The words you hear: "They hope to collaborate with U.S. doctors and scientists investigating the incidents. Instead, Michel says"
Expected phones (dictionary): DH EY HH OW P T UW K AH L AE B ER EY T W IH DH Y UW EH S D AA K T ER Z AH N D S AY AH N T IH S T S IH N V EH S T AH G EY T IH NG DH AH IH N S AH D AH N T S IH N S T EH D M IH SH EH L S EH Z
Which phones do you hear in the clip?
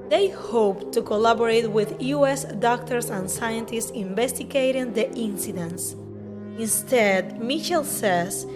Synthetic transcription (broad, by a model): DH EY HH OW P T UW K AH L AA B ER EY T W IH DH Y UW EH S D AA K T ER S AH N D S AY AH N T IH S T S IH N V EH S T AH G EY T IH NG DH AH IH N S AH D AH N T S IH N S T EH D M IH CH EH L S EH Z